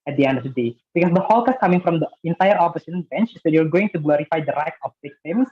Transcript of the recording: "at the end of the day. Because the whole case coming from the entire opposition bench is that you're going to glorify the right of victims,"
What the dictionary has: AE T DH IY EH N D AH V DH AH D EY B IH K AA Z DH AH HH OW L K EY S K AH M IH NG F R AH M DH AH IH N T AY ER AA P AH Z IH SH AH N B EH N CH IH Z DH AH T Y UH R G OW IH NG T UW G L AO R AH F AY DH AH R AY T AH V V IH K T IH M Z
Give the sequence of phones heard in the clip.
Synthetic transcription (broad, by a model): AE T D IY EH N D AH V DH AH D EY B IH K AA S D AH HH OW L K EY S K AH M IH NG F R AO M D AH IH N T AY ER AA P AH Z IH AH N B EH N CH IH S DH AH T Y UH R G OW IH NG T UW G L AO R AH F AY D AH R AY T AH F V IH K T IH M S